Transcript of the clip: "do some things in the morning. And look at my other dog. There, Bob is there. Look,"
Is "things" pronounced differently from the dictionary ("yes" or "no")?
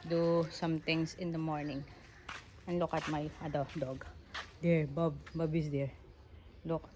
yes